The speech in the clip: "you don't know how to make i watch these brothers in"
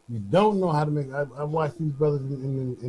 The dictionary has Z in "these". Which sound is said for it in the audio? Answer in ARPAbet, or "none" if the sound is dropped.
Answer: Z